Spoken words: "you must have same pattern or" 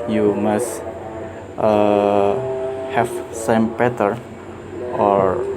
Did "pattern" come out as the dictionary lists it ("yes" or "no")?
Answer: no